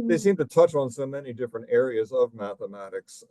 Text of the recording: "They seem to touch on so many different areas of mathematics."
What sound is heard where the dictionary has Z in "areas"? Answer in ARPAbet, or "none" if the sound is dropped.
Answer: Z